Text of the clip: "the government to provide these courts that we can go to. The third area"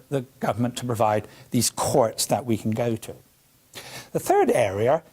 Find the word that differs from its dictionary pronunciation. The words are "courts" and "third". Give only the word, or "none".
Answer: none